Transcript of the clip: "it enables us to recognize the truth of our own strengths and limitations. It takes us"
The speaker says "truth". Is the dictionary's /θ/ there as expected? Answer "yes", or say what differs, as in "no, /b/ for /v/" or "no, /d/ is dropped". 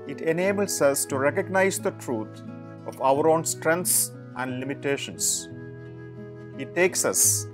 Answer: no, /t/ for /θ/